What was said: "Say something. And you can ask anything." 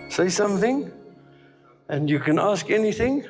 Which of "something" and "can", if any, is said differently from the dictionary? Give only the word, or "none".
none